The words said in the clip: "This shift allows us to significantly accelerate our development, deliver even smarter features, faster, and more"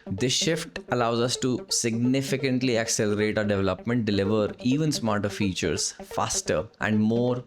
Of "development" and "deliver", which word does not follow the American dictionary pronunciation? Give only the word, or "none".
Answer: none